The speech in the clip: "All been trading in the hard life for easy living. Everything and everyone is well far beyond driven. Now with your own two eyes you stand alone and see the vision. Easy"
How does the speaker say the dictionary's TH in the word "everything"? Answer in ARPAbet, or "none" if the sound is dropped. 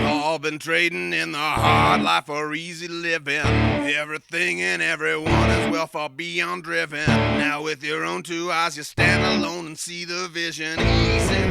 TH